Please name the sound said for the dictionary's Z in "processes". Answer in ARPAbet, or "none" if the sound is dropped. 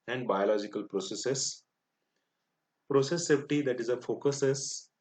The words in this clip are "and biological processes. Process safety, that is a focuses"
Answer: S